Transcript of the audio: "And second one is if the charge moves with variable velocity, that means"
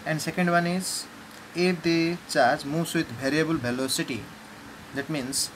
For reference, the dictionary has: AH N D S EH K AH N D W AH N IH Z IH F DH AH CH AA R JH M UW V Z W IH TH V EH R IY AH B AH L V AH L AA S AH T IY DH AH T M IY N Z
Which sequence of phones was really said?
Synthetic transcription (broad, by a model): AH N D S EH K AH N D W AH N IH Z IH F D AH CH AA R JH M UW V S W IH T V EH R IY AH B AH L B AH L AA S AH T IY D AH T M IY N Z